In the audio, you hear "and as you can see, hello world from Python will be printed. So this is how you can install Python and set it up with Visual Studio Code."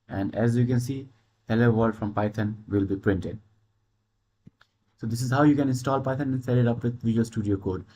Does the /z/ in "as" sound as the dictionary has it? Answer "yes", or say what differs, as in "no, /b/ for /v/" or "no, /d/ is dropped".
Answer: yes